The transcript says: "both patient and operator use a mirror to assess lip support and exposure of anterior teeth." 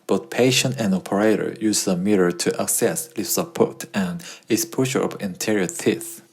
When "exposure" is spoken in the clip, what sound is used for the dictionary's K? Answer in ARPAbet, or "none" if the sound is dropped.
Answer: none